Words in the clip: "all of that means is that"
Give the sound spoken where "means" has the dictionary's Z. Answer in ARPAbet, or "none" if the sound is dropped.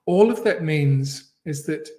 Z